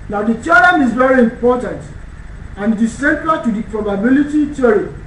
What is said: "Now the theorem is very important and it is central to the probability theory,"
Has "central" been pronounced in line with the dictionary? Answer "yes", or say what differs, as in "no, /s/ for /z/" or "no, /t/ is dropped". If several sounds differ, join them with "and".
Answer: no, /ɹ/ is dropped